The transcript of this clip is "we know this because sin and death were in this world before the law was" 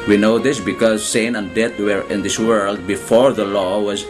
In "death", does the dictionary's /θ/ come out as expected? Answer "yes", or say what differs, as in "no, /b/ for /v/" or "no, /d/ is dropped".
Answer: no, /t/ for /θ/